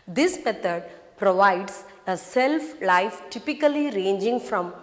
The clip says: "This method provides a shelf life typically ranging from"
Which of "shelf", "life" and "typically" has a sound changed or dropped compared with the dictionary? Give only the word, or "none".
shelf